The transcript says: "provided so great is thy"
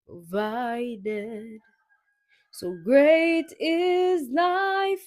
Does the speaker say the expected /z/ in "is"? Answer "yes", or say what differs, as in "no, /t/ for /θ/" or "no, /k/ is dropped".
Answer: yes